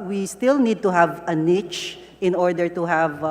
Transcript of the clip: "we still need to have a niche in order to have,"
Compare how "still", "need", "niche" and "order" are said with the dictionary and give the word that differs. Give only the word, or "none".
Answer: none